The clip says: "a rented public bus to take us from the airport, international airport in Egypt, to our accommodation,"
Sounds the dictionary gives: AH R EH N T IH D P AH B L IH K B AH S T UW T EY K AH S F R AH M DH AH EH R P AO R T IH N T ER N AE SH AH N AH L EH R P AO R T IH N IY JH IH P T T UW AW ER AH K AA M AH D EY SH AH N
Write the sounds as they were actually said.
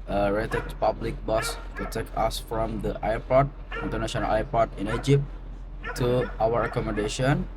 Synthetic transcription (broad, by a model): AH R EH T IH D P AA B L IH K B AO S T UW T EY K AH S F R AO M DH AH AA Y P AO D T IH N T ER N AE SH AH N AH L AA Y P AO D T IH N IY JH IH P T T UW AW ER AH K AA M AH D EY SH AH N